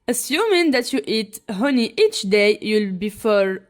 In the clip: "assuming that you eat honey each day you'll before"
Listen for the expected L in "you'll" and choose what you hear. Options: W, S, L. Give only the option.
L